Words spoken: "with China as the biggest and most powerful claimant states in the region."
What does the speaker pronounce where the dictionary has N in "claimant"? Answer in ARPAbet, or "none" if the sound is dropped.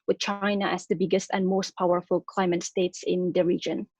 none